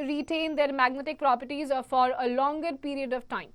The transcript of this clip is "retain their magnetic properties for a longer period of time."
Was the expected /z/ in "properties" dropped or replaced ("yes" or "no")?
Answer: no